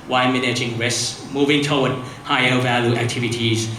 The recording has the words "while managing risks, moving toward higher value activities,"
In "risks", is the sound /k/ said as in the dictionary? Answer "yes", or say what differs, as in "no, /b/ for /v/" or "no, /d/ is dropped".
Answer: no, /k/ is dropped